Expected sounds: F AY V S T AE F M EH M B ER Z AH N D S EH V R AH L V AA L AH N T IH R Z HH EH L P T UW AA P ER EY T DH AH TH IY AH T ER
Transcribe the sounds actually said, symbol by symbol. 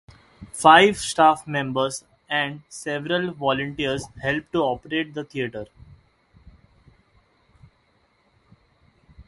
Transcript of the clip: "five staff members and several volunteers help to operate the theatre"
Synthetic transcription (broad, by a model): F AY V S T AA F M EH M B ER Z AH N D S EH V R AH L V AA L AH N T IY R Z HH EH L P T UW AA P ER EY T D AH T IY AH T ER